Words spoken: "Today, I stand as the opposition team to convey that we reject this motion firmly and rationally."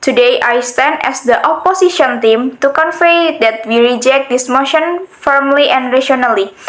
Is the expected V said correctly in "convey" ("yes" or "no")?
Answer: no